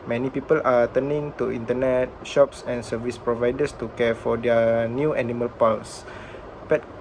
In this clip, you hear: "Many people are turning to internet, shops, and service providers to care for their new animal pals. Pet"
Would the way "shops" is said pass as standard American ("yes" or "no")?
yes